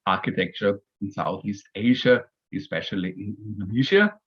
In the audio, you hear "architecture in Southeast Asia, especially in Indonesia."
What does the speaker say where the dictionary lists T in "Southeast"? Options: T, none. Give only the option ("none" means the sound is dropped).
T